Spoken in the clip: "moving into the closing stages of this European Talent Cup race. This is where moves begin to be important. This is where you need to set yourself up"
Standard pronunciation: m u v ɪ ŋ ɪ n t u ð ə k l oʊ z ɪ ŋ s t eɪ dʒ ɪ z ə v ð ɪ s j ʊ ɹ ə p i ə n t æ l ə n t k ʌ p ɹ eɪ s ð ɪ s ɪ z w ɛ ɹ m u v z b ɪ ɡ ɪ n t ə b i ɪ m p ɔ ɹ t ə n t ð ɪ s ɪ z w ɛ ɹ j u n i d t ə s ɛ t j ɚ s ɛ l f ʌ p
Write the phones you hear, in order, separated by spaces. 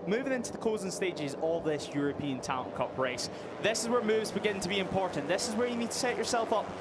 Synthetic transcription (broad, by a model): m u v ɪ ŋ ɪ n t u ð ə k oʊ z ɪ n s t eɪ dʒ ɪ z ə v ð ɪ s j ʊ ɹ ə p i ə n t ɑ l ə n k ʌ p ɹ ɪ s ð ɪ s ɪ z w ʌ ɹ m u v z b ɪ ɡ ɪ n t ə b i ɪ m p ɔ ɹ t n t ð ɪ s ɪ z w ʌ ɹ j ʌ n i d t ə s ɛ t ɚ s ɛ l f ʌ p